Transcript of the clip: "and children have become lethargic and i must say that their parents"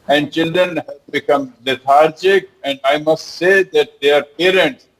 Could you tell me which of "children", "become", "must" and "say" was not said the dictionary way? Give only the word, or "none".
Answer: none